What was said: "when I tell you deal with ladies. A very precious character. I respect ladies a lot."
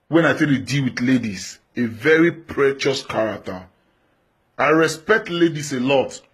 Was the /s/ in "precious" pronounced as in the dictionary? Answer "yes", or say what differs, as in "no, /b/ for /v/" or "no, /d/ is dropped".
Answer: yes